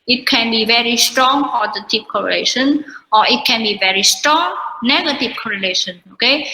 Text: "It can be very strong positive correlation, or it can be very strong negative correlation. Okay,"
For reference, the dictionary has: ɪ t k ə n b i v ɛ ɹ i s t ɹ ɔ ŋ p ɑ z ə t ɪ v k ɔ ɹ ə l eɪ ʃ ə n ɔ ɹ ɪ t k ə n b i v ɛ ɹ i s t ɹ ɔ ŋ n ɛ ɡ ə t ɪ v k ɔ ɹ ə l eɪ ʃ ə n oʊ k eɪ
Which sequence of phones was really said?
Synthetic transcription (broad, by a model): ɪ t k ə n b i v ɛ ɹ i s t ɹ ɔ ŋ f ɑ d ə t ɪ p k ɔ ɹ ə l eɪ ʃ ə n ɔ ɹ ɪ t k ə n b i v ɛ ɹ i s t ɹ ɔ ŋ n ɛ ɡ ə t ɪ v k ɔ ɹ ə l eɪ ʃ ə n oʊ k eɪ